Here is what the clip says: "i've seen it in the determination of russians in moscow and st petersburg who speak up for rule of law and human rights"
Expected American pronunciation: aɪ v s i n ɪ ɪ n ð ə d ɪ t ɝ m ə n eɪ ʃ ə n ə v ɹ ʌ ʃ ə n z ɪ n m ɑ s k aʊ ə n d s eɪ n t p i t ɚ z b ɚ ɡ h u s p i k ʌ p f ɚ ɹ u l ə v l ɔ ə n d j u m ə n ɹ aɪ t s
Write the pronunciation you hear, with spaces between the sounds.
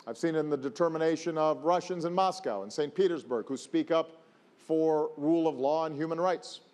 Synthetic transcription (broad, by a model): aɪ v s i n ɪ ɪ n ð ə d ɪ t ɝ m ə n eɪ ʃ ə n ə v ɹ ʌ ʃ ə n z ɪ n m ɑ s k aʊ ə n s eɪ n p i t ɚ z b ɚ ɡ h u s p i k ʌ p f ɚ ɹ u l ə v l ɔ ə n j u m ə n ɹ aɪ t s